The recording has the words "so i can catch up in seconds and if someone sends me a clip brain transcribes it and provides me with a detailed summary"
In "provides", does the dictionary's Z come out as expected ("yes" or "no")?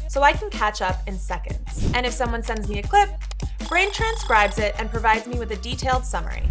yes